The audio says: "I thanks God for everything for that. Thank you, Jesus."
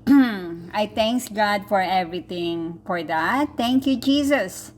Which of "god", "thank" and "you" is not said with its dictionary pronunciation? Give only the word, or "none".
thank